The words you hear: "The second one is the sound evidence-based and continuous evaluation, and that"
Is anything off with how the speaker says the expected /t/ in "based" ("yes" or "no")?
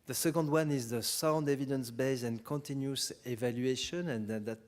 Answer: yes